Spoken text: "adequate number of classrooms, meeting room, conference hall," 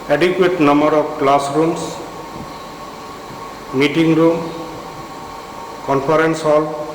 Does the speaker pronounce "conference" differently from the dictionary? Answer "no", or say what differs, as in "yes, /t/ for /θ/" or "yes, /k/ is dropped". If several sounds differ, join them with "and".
yes, /p/ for /f/